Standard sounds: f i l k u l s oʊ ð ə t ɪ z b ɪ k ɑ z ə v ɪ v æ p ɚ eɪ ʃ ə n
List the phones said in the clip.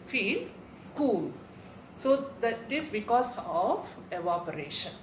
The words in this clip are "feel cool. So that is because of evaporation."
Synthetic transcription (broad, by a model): f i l k u l s oʊ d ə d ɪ s b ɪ k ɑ s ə f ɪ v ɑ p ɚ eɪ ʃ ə n